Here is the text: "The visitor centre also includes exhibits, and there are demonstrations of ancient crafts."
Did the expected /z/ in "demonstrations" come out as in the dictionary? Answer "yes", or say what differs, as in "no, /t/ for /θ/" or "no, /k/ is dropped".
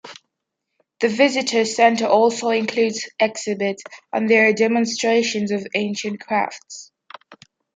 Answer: yes